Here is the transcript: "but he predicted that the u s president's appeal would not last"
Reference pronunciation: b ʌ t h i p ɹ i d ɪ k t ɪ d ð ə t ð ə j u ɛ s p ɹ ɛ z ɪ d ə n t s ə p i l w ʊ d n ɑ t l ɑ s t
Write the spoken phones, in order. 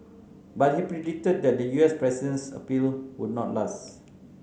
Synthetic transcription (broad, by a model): b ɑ t h i p ɹ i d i t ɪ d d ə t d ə j u ɛ s p ɹ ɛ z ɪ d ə n s ə p i l w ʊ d n ɑ t l ɑ s t